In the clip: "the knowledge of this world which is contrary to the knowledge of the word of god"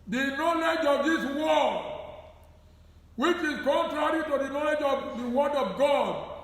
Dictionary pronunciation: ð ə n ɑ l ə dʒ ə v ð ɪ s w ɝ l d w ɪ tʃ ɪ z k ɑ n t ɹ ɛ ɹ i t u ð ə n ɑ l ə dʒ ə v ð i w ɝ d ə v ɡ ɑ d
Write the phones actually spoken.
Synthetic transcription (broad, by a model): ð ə n ɑ l ə dʒ ə v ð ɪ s w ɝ d w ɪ tʃ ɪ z k ɑ n t ɹ ɛ ɹ i t u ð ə n ɑ l ə dʒ ə v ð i w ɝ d ə v ɡ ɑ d